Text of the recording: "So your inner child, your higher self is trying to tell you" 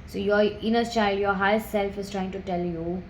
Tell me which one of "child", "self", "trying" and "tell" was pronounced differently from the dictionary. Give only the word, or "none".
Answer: none